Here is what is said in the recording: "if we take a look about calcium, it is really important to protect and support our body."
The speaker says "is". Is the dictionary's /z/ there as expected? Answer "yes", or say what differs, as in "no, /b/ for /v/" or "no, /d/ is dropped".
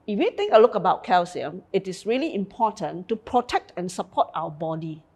no, /s/ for /z/